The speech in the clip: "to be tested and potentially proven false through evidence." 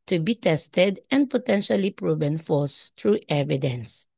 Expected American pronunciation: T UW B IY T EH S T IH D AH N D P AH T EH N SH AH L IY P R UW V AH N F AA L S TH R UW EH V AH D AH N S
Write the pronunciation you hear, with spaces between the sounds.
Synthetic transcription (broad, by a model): T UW B IY T EH S T IH D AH N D P AH T EH N SH AH L IY P R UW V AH N F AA S T R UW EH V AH D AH N S